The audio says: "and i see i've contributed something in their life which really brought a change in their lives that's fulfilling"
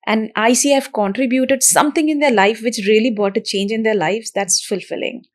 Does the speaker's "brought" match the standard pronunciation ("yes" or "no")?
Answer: no